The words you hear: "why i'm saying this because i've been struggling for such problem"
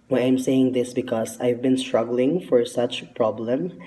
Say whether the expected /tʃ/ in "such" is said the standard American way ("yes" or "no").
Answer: yes